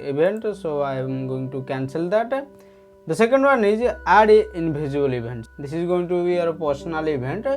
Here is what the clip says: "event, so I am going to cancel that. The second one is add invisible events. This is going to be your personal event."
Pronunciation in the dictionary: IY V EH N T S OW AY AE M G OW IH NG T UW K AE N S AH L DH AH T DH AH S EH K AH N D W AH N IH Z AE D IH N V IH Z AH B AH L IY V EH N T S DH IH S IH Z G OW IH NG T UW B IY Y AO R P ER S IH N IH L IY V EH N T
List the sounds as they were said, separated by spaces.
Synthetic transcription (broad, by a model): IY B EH N T S OW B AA G OW IH NG T UW K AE N S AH L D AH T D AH S EH K AH N D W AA N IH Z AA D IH N B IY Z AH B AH L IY B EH N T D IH S IH Z G OW IH NG T UW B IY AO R P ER S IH N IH L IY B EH N T